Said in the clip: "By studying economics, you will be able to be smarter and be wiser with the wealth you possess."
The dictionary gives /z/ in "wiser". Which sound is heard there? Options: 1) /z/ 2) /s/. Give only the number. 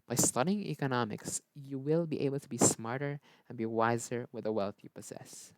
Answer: 1